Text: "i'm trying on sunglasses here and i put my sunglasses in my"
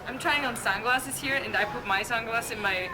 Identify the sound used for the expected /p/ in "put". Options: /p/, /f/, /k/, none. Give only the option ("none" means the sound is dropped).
/p/